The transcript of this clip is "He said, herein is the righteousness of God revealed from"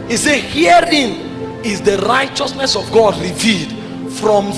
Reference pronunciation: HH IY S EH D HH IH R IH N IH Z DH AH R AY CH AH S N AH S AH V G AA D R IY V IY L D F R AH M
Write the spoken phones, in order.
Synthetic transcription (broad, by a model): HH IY S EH HH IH R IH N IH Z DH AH R AY CH AH S N AH S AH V G AA D R IY V IY L D F R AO M